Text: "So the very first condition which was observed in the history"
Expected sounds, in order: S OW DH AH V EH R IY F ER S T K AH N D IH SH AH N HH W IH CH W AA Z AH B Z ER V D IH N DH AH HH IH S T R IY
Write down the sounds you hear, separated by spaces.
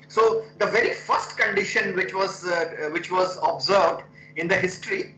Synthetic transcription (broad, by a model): S OW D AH V EH R IY F ER S T K AH N D IH SH AH N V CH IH CH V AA Z AH B Z ER V D IH N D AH HH IH S T R IY